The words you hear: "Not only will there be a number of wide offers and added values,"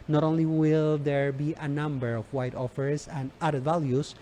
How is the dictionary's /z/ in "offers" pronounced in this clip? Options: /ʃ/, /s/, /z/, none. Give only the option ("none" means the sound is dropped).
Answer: /s/